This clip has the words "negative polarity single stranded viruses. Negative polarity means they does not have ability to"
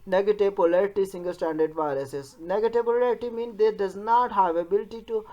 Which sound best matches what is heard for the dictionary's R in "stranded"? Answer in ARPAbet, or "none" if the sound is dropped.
none